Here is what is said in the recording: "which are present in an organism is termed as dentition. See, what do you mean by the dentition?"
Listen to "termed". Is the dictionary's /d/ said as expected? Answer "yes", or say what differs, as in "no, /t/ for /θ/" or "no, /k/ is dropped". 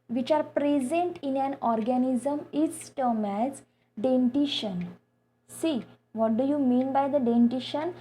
no, /d/ is dropped